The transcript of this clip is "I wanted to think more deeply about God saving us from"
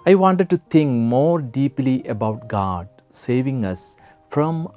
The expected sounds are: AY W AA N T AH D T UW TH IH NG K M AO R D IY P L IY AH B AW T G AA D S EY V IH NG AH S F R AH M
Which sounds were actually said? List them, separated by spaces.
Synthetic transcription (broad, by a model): AY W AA N T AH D T UW T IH NG K M AO R D IY P L IY AH B AW T G AA D S EY V IH NG AH S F R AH M